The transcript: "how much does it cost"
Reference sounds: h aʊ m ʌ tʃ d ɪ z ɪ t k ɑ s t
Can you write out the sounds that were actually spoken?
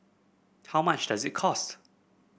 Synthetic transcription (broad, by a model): h aʊ m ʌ tʃ d ɪ z ɪ t k ɑ s t